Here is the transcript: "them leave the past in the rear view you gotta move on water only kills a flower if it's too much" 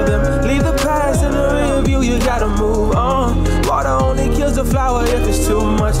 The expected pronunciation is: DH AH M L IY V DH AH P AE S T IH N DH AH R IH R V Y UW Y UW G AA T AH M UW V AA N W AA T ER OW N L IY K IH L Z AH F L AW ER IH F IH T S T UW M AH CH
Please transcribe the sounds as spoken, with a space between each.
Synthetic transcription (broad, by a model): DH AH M L IY V DH AH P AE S IH N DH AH R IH V Y UW Y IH G AA T AH M UW V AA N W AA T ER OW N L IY K IH L Z AH F L AW ER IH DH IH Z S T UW M AH CH